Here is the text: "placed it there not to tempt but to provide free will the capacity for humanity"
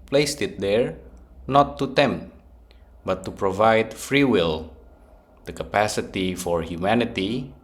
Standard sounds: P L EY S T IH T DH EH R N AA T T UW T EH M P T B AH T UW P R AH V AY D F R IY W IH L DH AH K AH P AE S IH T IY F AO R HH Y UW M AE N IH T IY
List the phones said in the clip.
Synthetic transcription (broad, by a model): P L EY S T IH T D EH R N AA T T UW T EH M P T B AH T UW P R AH V AY D F R IY W IH L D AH K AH P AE S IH T IY F AO R HH Y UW M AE N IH T IY